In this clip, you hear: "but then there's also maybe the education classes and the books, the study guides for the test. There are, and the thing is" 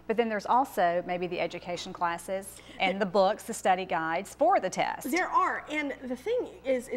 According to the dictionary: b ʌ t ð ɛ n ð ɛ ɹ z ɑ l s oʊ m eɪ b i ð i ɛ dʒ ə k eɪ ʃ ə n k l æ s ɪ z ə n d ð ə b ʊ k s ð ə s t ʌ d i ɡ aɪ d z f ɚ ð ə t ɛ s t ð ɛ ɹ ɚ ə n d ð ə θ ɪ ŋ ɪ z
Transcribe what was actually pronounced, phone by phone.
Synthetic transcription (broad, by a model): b ʌ t ð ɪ n ð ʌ ɹ z ɑ l s oʊ m eɪ b i ð i ɛ dʒ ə k eɪ ʃ n k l æ s ɪ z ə n ð ə b ʊ k s ð ə s t ʌ d i ɡ aɪ d z f ɚ ð ə t ɛ s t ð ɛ ɹ ɚ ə n ð ə θ ɪ ŋ ɪ z